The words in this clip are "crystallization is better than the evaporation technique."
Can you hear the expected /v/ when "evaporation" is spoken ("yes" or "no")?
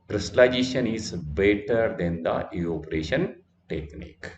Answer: no